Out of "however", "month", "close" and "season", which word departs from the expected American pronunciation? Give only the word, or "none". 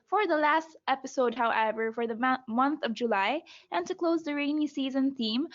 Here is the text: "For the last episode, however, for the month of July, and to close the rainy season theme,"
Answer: none